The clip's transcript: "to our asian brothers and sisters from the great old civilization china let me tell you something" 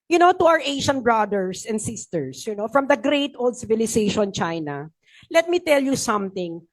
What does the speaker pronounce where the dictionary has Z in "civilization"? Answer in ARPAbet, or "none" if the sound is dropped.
S